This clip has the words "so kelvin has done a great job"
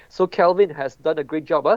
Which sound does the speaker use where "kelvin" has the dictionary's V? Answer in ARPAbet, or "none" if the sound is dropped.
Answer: V